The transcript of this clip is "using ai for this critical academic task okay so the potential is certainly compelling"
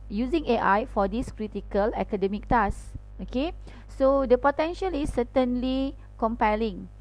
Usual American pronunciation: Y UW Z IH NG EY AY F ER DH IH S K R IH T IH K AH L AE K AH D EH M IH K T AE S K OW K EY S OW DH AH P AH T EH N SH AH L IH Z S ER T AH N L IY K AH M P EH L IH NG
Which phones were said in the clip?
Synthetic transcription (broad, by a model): Y UW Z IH NG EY AY F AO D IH S K R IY T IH K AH L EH K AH D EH M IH K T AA S OW K EY S OW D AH P AH T EH N SH AH L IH S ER T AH N L IY K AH M P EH L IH NG